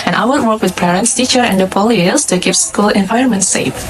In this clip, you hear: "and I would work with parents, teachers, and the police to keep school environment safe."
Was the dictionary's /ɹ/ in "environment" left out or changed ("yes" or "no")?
yes